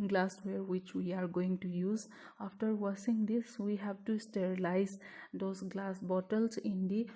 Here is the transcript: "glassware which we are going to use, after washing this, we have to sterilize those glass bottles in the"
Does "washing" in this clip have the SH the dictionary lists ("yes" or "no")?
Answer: no